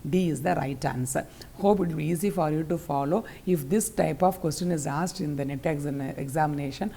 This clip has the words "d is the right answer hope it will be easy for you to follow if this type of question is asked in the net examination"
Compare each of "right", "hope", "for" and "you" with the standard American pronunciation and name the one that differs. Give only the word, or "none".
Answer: none